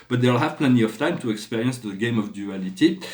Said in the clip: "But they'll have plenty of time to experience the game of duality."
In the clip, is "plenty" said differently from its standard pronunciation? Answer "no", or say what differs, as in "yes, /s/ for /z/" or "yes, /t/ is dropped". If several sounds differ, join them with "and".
no